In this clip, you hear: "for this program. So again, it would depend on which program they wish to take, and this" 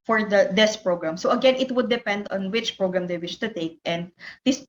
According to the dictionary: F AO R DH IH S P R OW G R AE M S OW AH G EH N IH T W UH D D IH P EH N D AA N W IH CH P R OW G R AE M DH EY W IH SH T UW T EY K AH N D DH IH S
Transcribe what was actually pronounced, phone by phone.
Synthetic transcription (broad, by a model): F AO R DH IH S P R OW G R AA M S OW AH G EH N IH T W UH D D IH P EH N D AA N W IH CH P R OW G R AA M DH EY W IH SH T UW T EY K AH N D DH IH S